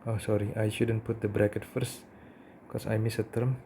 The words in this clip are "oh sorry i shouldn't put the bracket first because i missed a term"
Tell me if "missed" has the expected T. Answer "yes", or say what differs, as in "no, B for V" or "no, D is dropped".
no, T is dropped